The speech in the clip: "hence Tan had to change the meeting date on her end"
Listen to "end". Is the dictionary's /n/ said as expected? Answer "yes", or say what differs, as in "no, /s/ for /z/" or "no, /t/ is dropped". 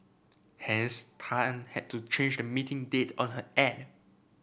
no, /n/ is dropped